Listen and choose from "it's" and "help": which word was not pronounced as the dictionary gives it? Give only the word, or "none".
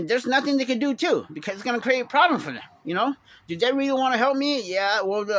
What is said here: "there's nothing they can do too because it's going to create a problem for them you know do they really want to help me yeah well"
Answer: none